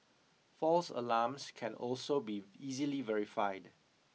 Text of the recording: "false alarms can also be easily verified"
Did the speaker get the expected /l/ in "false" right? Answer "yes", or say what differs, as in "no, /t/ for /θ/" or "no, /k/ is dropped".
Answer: yes